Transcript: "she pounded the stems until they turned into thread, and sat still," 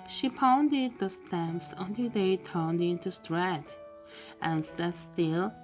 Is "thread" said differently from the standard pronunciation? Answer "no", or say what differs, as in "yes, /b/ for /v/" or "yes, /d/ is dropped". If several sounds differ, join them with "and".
yes, /t/ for /θ/